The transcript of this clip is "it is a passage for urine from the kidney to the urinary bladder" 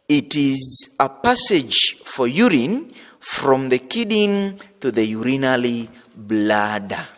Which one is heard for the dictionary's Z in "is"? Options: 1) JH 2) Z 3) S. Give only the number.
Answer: 2